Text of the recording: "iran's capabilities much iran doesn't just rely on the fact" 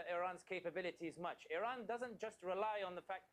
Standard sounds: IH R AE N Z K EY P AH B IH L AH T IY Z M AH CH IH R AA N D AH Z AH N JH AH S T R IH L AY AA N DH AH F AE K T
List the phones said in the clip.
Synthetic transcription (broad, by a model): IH R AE N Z K EY P AH B IH L AH T IY Z M AH CH IH R AA N D AH Z AH N JH AH S T R IH L AY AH N DH AH F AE K